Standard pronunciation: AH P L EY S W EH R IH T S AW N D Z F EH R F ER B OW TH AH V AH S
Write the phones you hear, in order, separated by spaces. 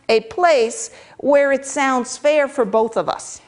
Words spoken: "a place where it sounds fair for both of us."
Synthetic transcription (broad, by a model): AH P L EY S W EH R IH T S AW N D Z F EH R F ER B OW TH AH V AH S